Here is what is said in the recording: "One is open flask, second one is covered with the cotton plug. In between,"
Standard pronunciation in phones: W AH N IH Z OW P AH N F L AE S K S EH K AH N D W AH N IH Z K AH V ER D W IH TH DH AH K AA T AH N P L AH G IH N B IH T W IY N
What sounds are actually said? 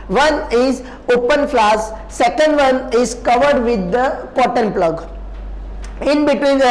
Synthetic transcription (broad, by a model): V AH N IH Z OW P AH N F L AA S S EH K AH N D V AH N IH Z K AH V ER D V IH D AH K AA T AH N P L AH G IH N B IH T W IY N